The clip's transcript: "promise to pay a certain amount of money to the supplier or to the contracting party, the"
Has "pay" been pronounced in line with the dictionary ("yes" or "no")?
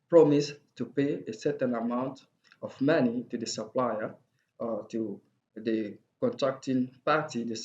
yes